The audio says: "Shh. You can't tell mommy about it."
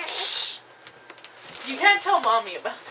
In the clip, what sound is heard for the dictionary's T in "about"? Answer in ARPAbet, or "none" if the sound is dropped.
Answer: none